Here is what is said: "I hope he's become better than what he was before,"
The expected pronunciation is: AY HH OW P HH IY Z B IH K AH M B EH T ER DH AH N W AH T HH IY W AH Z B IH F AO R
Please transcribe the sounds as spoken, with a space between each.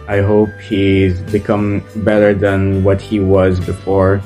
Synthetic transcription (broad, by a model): AY HH OW P HH IY Z B IH K AH M B EH T ER DH AH N W AH T HH IY W AH Z B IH F AO R